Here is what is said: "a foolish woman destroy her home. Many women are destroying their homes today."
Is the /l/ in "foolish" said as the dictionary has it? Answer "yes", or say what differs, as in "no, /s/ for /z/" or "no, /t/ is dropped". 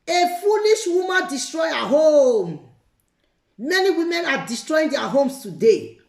no, /n/ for /l/